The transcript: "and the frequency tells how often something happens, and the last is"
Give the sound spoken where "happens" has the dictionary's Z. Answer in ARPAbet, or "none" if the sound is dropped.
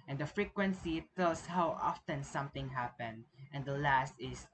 none